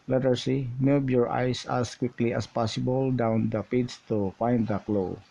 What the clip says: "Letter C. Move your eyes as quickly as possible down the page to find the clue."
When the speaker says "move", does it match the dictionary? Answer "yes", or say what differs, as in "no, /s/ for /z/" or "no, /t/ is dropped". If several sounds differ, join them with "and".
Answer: no, /b/ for /v/